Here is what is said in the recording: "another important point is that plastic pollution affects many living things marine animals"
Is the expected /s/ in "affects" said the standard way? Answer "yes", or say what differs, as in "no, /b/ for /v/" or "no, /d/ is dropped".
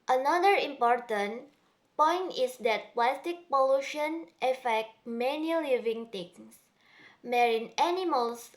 no, /s/ is dropped